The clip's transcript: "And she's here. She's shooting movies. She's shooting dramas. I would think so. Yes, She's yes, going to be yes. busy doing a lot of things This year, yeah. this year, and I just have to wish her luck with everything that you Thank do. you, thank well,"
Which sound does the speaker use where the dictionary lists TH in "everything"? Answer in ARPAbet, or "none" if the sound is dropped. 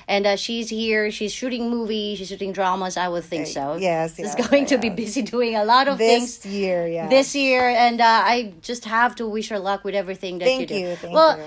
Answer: TH